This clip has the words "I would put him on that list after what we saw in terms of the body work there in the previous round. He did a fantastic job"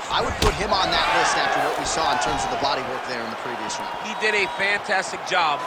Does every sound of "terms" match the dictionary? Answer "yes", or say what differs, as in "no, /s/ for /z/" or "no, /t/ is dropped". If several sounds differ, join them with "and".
yes